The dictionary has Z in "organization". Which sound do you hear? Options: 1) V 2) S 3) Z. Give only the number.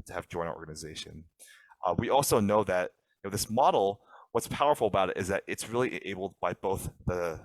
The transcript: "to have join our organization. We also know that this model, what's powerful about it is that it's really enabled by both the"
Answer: 3